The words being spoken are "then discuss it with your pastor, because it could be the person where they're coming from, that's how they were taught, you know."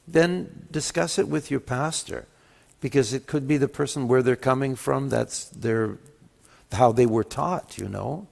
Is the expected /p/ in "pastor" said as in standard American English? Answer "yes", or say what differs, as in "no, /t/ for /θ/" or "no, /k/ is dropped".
yes